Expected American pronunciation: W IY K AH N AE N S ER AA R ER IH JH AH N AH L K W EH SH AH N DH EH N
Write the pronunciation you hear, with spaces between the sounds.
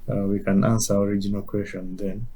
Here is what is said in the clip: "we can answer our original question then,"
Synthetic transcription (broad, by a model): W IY K AH N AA N S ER AA R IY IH JH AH N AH L K W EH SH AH N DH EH N